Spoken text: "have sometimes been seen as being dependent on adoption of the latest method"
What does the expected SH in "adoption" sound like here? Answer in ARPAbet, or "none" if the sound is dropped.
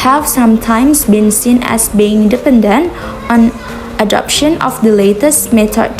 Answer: SH